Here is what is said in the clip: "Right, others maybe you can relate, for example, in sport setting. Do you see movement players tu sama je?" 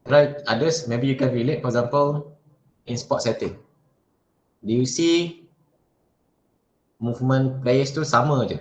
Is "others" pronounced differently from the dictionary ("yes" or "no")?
yes